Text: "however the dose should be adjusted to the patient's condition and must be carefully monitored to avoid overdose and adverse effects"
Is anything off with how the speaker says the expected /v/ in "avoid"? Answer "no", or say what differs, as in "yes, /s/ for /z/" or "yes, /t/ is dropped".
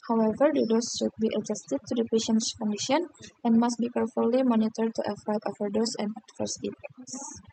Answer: yes, /f/ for /v/